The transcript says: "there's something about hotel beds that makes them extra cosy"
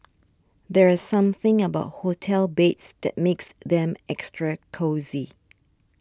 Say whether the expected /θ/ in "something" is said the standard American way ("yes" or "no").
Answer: yes